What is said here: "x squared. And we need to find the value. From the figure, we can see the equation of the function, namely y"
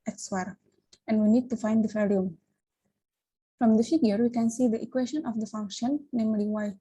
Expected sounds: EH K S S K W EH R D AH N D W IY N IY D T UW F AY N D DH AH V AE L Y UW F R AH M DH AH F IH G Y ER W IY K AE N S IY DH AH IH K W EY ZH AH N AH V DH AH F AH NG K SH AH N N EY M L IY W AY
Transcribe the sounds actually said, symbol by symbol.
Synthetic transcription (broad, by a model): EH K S S W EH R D AH N D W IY N IY D T UW F AY N D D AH F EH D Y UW F R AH M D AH F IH G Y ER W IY K AE N S IY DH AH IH K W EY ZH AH N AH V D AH F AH NG K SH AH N N EY M L IY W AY